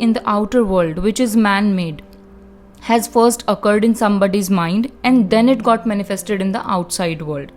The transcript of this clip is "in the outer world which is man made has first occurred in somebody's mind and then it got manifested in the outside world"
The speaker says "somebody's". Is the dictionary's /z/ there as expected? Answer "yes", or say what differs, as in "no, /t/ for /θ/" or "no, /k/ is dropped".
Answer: yes